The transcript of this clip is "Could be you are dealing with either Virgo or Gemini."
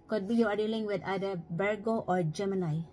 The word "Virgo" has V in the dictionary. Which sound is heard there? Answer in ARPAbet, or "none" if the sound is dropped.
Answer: B